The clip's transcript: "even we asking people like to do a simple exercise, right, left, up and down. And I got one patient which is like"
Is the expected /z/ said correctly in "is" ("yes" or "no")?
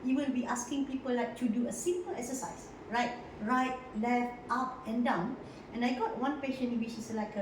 no